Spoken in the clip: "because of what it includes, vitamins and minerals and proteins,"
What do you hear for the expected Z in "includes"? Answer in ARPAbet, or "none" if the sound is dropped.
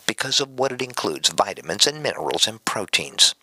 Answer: Z